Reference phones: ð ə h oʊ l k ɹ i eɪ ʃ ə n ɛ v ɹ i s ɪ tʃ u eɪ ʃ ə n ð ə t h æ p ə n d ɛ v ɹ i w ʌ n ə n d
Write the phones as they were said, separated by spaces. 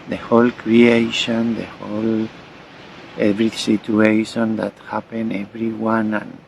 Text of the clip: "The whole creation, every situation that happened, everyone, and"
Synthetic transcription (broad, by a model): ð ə h oʊ l k ɹ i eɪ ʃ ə n ɛ v ɹ i s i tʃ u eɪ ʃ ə n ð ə t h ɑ p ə n ɛ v ɹ i w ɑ n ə n